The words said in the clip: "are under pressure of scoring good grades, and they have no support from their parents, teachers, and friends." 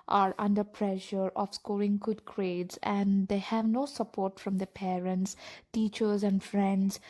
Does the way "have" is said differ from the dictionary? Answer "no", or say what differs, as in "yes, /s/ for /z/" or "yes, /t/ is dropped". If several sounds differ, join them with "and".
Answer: no